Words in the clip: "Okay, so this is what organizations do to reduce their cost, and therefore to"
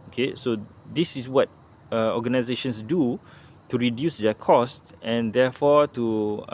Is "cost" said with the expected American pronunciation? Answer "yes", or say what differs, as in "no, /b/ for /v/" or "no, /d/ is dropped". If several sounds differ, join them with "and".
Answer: yes